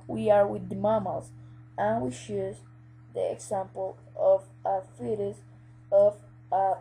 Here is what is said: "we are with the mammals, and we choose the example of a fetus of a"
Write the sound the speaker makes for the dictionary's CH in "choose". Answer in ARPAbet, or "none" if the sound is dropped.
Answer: SH